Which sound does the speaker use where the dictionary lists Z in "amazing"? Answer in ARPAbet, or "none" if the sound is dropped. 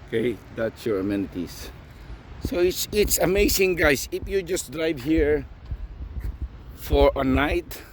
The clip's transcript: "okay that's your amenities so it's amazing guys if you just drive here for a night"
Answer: S